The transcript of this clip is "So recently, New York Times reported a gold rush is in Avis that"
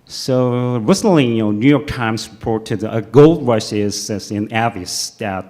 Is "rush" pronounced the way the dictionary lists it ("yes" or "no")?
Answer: no